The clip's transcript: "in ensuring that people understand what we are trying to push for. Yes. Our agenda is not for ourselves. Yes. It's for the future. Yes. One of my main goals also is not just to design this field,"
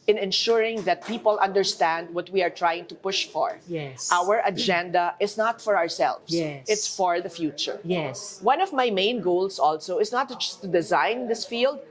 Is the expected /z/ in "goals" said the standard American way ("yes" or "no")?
no